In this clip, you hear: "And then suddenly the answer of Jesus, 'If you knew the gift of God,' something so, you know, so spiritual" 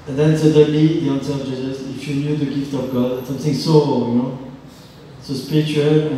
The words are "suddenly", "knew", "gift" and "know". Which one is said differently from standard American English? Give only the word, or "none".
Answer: suddenly